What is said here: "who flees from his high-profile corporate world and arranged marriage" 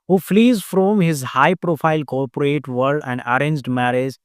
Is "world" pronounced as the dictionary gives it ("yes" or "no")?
no